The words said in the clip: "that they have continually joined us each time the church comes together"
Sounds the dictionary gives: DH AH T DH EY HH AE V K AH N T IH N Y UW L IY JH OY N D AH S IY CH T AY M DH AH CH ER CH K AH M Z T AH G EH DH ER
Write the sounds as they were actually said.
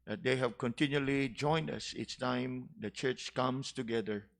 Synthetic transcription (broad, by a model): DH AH T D EY HH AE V K AH N T IH N Y UW L IY JH OY N D AH S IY S T AY M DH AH CH ER CH K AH M S T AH G EH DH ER